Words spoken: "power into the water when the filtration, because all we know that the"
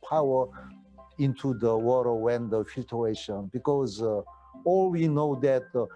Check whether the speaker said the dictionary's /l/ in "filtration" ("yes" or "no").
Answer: no